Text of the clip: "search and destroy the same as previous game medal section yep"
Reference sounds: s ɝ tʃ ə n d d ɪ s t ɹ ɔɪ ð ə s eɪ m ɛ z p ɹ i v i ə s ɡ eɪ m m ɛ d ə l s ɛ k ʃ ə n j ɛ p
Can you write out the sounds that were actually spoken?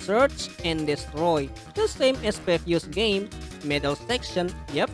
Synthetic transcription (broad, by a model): s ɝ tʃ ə n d d ɪ s t ɹ ɔɪ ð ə s eɪ m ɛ s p ɛ f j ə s ɡ eɪ m m ɛ d ə l s ɛ k ʃ ə n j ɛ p